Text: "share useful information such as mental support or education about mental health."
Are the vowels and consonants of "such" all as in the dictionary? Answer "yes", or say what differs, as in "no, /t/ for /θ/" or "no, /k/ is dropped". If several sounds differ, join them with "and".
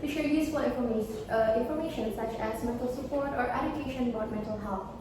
yes